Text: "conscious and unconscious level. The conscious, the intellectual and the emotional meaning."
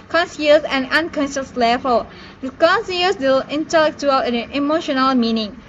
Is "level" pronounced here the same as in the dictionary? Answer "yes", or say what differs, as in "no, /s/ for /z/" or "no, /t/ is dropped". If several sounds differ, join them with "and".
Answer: no, /f/ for /v/